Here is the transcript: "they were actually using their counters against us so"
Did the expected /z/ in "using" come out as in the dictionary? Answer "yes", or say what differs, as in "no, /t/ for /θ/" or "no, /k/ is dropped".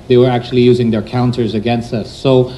yes